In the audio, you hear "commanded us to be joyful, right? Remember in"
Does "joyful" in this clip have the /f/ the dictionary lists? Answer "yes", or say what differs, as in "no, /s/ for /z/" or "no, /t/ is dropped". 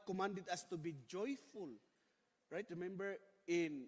yes